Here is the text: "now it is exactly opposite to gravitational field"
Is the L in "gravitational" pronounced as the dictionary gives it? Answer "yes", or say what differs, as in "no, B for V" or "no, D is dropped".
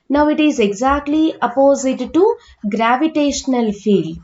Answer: yes